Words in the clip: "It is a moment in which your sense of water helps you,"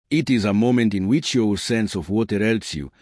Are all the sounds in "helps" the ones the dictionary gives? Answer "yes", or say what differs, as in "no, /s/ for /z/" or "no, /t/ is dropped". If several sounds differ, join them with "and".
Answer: no, /p/ is dropped